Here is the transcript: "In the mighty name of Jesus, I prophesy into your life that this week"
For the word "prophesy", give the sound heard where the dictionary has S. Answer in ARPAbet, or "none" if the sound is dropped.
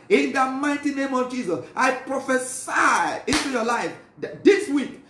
S